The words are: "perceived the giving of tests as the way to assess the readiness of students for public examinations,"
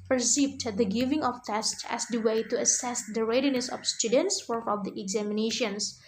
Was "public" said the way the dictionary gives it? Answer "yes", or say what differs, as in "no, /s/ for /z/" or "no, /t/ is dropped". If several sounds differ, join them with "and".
no, /f/ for /p/ and /k/ is dropped